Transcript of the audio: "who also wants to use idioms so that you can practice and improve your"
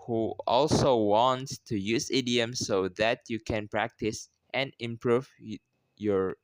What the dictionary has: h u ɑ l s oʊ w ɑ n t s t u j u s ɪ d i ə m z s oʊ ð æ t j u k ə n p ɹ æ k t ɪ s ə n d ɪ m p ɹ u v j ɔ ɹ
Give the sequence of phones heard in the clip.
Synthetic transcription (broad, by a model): h u ɑ l s oʊ w ɑ n t s t u j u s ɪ d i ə m s oʊ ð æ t j u k ə n p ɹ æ k t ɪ s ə n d ɪ m p ɹ u v j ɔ ɹ